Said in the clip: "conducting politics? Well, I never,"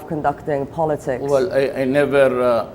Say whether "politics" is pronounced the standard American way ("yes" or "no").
no